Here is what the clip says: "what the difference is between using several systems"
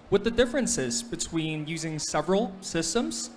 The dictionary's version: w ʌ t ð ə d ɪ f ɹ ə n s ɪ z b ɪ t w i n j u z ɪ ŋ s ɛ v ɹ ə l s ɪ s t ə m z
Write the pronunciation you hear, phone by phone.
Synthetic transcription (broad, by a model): w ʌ ð ə d ɪ f ɹ ə n s ɪ z b ɪ t w i n j u z ɪ ŋ s ɛ v ɹ ə l s ɪ s t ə m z